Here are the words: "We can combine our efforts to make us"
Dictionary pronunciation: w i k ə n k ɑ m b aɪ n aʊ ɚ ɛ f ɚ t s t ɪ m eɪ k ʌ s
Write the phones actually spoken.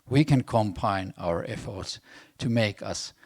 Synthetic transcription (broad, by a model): w i k ə n k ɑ m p aɪ n aʊ ɚ ɛ f ɚ t s t ɪ m eɪ k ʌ s